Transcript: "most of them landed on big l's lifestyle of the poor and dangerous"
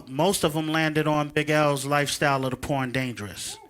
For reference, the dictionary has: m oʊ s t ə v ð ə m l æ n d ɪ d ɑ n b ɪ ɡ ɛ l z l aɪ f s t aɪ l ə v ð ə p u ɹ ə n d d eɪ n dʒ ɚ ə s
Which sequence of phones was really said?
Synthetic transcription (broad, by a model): m oʊ s t ə v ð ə m l æ n d ɪ d n b ɪ ɡ ɛ l z l aɪ f s t aɪ l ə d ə p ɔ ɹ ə n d d eɪ n dʒ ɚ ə s